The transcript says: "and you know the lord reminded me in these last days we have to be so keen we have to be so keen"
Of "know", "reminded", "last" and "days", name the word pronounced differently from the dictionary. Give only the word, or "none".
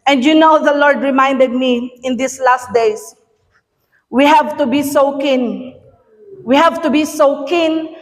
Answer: days